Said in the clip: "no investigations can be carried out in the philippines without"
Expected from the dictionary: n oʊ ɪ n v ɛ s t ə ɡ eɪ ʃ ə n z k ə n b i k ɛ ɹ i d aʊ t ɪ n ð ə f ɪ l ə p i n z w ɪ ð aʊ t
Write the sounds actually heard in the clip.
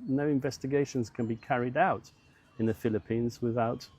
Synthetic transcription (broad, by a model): n oʊ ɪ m v ɛ s t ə ɡ eɪ ʃ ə n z k ə n b i k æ ɹ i d aʊ t ɪ n ð ə f ɪ l ə p i n z w ɪ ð aʊ t